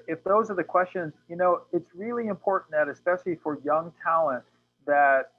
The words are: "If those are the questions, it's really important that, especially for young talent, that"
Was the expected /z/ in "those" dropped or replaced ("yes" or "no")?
no